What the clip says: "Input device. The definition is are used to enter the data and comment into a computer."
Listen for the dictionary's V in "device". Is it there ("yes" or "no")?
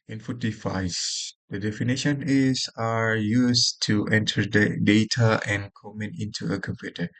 no